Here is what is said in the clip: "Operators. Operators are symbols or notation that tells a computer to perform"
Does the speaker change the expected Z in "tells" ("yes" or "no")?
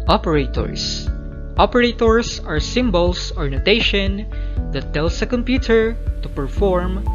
yes